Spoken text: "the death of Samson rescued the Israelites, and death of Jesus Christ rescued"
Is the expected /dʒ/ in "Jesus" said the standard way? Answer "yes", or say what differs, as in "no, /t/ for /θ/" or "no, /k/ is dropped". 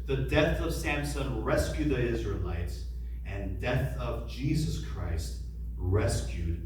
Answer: yes